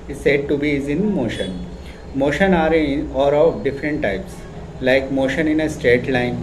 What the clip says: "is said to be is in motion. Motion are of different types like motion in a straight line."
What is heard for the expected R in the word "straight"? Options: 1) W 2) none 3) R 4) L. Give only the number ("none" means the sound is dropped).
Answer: 3